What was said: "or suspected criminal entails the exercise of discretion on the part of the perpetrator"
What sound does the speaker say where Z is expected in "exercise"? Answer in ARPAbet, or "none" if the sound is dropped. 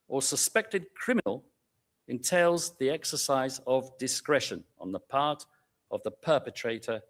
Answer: Z